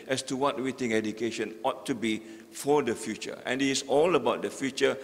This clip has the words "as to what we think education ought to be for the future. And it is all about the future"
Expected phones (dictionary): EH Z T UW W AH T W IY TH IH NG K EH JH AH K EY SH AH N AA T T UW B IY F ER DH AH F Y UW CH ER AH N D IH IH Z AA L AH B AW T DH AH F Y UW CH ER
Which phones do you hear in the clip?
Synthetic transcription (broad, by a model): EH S T UW W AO T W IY T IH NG EH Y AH K EY SH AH N AA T T UW B IY F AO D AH F Y UW CH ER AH N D IH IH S AA L AH B AW T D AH F Y UW CH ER